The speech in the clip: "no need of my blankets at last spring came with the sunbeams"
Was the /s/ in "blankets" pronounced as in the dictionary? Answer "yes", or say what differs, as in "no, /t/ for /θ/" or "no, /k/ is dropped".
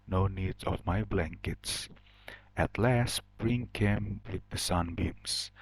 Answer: yes